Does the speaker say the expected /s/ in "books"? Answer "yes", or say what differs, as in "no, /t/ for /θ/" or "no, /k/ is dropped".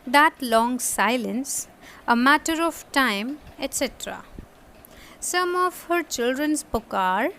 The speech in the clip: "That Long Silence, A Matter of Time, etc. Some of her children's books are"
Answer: no, /s/ is dropped